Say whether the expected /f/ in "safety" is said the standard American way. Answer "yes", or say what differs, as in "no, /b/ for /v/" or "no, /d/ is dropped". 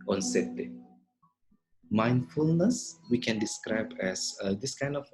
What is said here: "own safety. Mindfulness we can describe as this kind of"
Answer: no, /f/ is dropped